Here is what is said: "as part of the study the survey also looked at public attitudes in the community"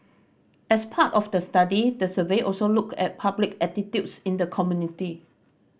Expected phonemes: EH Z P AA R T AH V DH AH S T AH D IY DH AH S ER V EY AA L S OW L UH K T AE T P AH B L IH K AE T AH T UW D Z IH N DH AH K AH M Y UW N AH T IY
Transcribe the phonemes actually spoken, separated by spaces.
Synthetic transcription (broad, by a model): EH S P AA T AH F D AH S T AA D IY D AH S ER V EY AA L S OW L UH K EH T P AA B L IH K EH T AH T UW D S IH N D AH K AH M Y UW N AH T IY